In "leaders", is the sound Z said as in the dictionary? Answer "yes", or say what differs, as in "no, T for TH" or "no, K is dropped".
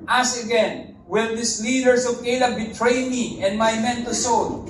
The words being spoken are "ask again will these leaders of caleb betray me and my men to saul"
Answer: no, S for Z